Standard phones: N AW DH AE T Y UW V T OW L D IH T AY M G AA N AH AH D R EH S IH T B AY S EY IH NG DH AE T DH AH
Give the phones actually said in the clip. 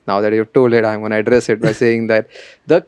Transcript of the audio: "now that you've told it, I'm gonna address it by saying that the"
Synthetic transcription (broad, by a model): N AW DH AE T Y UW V T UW L IH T AY M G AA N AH AH D R EH S IH T B AY S EY IH NG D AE T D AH